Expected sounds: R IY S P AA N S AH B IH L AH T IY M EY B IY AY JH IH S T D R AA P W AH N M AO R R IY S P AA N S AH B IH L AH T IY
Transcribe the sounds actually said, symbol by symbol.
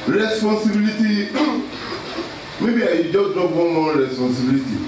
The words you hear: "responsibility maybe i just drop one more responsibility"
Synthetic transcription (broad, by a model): R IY S P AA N S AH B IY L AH T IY M EY B IY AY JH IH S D AA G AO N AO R R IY S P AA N S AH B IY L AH T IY